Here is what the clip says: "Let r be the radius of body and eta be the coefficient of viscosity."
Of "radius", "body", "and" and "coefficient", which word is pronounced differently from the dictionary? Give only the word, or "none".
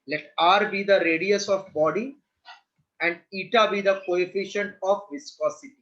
none